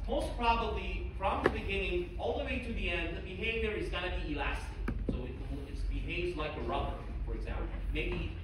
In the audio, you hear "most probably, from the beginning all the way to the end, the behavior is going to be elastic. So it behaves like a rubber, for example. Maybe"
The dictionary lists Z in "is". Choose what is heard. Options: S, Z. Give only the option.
Z